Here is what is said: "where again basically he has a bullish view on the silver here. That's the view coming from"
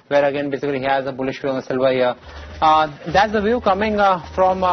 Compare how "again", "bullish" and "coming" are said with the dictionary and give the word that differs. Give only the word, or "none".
none